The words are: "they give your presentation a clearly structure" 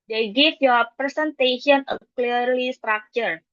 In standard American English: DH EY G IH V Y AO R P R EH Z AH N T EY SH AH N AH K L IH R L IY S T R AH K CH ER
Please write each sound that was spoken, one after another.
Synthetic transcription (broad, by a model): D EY G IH F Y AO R P R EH S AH N T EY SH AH N AH K L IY R L IY S T R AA K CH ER